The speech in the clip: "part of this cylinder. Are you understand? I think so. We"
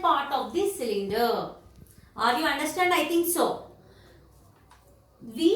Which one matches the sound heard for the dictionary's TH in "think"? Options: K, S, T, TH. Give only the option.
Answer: T